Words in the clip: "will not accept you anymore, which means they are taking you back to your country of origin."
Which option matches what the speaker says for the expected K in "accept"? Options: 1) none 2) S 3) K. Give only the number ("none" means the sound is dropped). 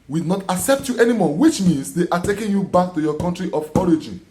3